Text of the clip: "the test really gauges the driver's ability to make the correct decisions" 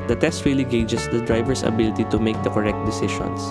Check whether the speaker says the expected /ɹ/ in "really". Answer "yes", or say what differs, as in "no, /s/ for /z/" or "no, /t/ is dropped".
no, /w/ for /ɹ/